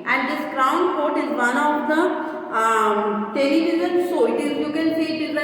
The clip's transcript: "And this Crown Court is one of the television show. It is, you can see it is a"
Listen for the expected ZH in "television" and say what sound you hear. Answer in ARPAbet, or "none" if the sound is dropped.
Z